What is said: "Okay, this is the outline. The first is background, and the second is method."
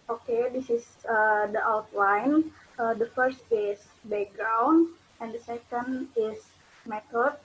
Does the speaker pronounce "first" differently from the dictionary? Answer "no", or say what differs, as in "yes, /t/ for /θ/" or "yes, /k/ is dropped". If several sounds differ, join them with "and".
no